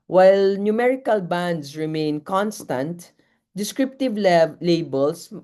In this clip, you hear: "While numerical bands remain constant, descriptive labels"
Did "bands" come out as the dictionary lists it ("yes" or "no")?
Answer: no